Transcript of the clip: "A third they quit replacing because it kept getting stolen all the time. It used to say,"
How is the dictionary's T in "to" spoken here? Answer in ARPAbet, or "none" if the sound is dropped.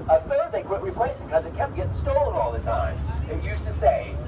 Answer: T